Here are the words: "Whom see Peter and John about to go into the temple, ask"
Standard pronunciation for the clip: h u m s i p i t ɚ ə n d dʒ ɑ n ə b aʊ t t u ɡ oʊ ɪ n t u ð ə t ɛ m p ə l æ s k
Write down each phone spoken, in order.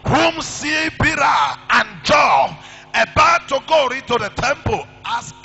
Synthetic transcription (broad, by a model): h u m s i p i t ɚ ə n dʒ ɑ ə b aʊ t t u ɡ oʊ ɪ n t u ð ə t ɛ m p ə l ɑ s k